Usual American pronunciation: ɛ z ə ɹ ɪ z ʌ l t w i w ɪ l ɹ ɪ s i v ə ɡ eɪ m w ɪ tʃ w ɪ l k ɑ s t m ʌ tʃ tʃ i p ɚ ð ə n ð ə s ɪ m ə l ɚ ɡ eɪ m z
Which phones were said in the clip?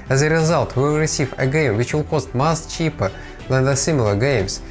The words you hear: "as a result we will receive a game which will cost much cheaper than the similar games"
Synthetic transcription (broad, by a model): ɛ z ə ɹ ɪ z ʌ l t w w ɪ l ɹ ɪ s i v ə ɡ eɪ m w ɪ tʃ w ɪ l k ɑ s t m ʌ s tʃ i p ɚ ð ə n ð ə s ɪ m ə l ɚ ɡ eɪ m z